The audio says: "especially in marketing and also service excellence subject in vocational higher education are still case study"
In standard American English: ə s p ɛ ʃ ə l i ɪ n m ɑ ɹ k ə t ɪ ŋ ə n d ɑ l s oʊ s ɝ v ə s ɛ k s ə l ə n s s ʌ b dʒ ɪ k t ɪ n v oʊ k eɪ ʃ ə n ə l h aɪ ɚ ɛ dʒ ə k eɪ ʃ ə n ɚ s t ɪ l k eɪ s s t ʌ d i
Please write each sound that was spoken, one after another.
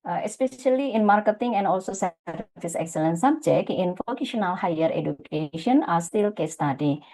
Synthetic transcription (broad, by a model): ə s p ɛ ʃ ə l i ɪ n m ɑ ɹ k ə t ɪ ŋ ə n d ɑ l s oʊ s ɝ f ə s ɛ k s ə l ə n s s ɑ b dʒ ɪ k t ɪ n f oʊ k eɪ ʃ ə n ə l h aɪ ɚ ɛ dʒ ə k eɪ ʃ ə n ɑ s t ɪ l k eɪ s s t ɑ d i